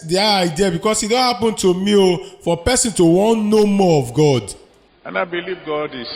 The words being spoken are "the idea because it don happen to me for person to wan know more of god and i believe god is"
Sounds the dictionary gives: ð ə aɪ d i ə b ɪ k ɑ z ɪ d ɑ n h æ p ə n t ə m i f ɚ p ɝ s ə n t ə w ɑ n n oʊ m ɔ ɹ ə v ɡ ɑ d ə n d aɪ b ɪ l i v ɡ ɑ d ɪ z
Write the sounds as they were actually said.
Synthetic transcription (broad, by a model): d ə aɪ d i ə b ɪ k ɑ s ɪ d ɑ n h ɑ p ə n t ə m i f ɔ p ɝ s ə n t ə w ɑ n n oʊ m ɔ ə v ɡ ɑ d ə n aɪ b ɪ l i v ɡ ɑ d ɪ